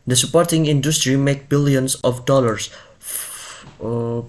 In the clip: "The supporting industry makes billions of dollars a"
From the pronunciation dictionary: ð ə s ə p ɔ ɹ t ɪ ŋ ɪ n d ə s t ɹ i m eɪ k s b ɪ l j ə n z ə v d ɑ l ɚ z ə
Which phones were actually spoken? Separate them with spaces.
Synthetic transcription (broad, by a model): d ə s ə p ɔ ɹ t ɪ ŋ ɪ n d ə s t ɹ i m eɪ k b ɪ l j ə n s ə f d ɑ l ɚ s